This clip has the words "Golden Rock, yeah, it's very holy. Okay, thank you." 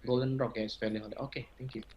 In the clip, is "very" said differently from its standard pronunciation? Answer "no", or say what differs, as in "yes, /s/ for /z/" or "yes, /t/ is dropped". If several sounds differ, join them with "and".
yes, /f/ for /v/ and /l/ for /ɹ/